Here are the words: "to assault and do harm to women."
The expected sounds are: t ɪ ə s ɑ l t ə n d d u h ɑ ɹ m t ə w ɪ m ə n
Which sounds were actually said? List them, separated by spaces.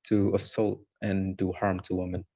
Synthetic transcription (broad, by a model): t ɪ ə s ɑ l t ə n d d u h ɑ ɹ m t ə w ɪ m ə n